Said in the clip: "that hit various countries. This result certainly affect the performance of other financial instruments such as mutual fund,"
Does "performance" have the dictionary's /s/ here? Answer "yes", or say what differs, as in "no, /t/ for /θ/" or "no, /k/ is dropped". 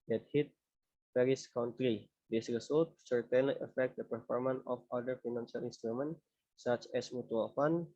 no, /s/ is dropped